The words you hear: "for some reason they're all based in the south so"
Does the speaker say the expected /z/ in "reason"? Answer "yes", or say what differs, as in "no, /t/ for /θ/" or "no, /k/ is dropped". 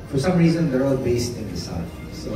yes